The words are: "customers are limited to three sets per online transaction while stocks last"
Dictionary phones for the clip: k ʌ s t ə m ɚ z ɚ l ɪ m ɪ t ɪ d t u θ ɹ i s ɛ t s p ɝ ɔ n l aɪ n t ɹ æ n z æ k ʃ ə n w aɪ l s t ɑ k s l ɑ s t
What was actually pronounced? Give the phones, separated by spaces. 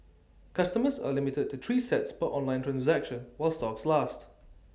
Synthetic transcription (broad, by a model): k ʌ s t ə m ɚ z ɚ l ɪ m ɪ t ɪ d t u t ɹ i s ɛ t s b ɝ ɔ n l aɪ n t ɹ æ n z æ k ʃ ə n w aɪ l s t ɑ k s l ɑ s t